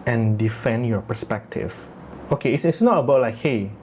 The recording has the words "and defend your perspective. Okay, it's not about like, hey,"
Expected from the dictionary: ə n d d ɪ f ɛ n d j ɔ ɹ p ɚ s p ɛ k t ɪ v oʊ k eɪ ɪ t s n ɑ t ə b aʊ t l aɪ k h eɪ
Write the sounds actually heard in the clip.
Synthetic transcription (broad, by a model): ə n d d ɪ f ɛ n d j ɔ p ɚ s p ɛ k t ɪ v oʊ k eɪ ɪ s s n ɑ t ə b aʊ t l aɪ k h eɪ